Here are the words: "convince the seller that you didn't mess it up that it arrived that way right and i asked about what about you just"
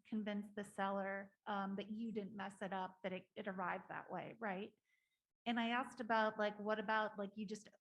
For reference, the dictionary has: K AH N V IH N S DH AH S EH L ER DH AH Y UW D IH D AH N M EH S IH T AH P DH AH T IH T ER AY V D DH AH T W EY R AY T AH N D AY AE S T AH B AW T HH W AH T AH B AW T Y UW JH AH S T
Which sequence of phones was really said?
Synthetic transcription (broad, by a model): K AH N V IH N S DH AH S EH L ER DH AH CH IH D IH D N M EH S IH T AH P DH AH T IH T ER AY V DH AH T W EY R AY T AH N AY AE S T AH B AW T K W AH T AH B AW T Y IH JH AH S T